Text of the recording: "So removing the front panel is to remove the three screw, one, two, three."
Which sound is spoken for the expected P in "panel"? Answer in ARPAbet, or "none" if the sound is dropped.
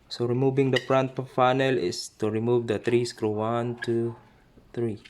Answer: F